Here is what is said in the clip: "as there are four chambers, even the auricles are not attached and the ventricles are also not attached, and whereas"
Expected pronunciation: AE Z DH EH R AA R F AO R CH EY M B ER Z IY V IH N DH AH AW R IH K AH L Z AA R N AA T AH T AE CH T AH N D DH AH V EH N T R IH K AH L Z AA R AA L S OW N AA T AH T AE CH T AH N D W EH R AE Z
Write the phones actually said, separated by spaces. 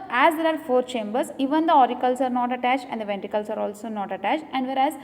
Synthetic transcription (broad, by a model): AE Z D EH R AA R F AO R CH EY M B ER S IY V IH N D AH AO R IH K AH L S AA R N AA T AH T AE CH T AH N D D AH V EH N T IH K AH L S AA R AA L S OW N AA T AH T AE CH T AH N D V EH R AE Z